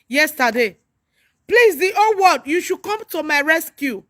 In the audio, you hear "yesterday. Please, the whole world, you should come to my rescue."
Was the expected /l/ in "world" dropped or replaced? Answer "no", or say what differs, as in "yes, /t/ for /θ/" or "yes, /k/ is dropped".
yes, /l/ is dropped